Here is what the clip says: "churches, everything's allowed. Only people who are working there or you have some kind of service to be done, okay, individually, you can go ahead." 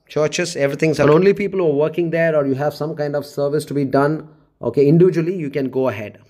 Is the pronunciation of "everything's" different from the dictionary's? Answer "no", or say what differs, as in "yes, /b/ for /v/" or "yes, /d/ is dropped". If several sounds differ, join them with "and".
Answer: yes, /t/ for /θ/